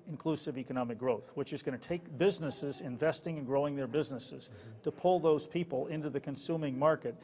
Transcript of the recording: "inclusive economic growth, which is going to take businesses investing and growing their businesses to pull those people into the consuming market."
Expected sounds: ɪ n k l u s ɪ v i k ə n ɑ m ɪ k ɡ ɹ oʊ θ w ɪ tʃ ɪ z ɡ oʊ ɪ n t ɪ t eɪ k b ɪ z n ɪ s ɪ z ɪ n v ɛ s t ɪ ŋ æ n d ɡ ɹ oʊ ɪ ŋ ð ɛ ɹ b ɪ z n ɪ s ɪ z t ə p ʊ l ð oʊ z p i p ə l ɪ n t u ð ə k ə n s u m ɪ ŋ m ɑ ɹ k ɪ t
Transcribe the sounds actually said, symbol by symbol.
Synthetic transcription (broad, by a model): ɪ n k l u s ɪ v i k ə n ɑ m ɪ k ɡ ɹ oʊ θ w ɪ tʃ ɪ z ɡ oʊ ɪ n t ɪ t eɪ k b ɪ z n ɪ s ɪ z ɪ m v ɛ s t ɪ ŋ n ɡ ɹ oʊ ɪ ŋ ð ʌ ɹ b ɪ z n ɪ s ɪ z t ə p ʊ l ð oʊ z p i p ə l ɪ n t u ð ə k ə n s u m ɪ ŋ m ɑ ɹ k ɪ t